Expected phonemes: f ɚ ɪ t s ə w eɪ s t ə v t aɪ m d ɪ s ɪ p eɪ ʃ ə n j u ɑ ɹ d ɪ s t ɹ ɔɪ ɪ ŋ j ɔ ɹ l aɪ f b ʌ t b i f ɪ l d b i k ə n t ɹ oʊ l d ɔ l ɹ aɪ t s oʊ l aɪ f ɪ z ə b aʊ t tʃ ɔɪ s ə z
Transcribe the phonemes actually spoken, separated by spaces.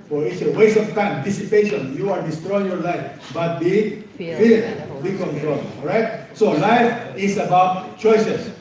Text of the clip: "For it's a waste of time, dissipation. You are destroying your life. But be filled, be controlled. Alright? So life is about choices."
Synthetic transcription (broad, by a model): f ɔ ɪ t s ə w eɪ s ə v t aɪ m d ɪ s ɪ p eɪ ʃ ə n j u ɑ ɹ d ɪ s t ɹ ɔɪ ɪ ŋ j ɔ ɹ l aɪ f b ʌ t b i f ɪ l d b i k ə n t ɹ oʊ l ɔ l ɹ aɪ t s oʊ l aɪ f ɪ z ə b aʊ t tʃ ɔɪ s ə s